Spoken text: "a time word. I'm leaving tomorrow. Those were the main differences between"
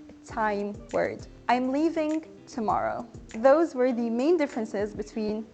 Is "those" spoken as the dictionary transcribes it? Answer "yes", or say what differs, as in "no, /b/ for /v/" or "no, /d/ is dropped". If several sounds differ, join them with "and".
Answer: yes